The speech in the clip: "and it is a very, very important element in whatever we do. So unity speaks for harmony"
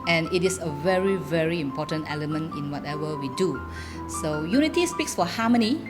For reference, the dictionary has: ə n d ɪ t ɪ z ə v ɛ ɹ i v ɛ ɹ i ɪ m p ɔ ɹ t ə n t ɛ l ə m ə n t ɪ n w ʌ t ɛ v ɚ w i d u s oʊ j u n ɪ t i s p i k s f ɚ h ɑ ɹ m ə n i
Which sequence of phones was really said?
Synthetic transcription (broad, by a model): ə n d ɪ t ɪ s ə v ɛ ɹ i v ɛ ɹ i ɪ m p ɔ t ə n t ɛ l ə m ə n t ɪ n w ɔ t ɛ v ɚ w i d u s oʊ j u n ɪ t i s p i k s f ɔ h ɑ m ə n i